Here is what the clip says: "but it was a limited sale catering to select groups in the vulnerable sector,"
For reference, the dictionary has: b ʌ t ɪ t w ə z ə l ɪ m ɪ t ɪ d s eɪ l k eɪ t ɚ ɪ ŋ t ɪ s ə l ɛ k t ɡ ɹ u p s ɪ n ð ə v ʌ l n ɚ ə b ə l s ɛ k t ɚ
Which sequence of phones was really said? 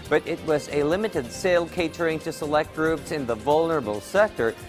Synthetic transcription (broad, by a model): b ʌ t ɪ t w ə z ə l ɪ m ɪ t ɪ d s eɪ l k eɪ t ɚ ɪ ŋ t ɪ s ə l ɛ k t ɡ ɹ u p s ɪ n ð ə v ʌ l n ɚ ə b l s ɛ k t ɚ